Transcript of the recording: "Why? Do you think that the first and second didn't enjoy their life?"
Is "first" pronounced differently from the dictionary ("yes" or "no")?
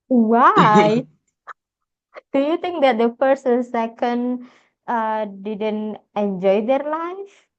yes